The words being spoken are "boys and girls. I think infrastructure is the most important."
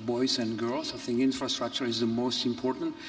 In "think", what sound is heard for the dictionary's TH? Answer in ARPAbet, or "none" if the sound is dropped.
TH